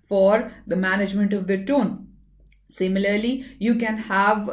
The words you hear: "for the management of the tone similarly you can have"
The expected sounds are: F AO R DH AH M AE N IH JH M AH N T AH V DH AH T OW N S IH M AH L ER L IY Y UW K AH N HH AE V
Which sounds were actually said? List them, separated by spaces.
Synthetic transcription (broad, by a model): F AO R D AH M AE N IH JH M AH N T AH V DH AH T OW N S IH M AH L ER L IY Y UW K AH N HH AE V